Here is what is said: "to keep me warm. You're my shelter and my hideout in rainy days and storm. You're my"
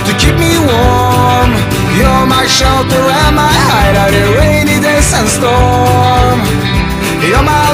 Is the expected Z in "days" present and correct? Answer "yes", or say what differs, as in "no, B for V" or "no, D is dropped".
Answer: no, S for Z